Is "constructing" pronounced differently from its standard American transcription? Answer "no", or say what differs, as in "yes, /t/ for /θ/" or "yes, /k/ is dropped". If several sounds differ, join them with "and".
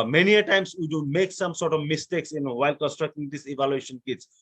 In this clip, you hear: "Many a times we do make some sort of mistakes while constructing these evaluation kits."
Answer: no